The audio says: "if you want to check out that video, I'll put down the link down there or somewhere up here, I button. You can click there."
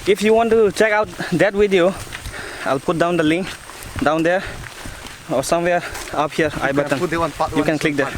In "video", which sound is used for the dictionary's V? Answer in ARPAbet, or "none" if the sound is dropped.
W